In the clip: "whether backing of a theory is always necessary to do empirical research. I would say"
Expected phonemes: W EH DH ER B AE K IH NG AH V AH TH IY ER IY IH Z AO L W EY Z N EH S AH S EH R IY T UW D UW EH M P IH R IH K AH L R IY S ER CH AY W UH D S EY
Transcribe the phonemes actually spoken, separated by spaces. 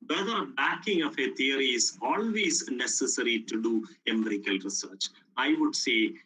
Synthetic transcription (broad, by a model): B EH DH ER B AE K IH NG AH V AH T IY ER IY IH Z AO L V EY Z N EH S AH S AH R IY T UW D UW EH M IH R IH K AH L R IY S ER CH AY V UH D S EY